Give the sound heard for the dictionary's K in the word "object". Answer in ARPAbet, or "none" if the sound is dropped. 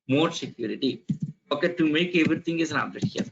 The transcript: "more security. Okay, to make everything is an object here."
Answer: none